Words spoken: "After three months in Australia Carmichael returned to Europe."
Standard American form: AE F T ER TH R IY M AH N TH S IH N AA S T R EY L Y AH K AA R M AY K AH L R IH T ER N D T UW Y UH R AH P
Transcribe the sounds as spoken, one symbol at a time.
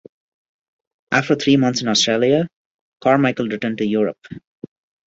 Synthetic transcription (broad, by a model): AE F T ER T R IY M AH N T S IH N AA S T R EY L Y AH K AA R M AY K AH L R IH T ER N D T UW Y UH R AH P